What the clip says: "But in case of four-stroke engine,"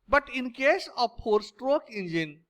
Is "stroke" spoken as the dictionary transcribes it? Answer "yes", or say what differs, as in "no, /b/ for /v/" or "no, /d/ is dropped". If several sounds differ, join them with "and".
yes